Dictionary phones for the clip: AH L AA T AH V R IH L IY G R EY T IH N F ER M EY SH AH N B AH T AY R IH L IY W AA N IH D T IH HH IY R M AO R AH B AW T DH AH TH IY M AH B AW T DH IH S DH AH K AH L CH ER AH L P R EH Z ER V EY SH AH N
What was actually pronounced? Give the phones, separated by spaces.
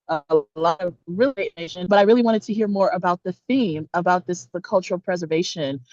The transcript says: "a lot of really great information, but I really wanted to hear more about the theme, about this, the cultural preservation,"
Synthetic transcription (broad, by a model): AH L AA T AH V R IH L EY IH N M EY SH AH N B AH T AY R IH L IY W AA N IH D T IH HH IY R M AO R AH B AW T DH AH TH IY M AH B AW T DH IH S DH AH K AH L CH ER L P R EH Z ER V EY SH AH N